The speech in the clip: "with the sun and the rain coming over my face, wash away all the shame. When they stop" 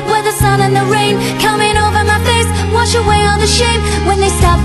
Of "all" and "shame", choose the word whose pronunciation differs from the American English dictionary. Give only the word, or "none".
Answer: all